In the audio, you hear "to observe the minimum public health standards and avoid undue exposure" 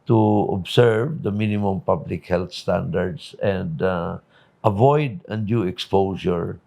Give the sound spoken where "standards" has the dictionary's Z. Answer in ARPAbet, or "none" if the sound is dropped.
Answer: S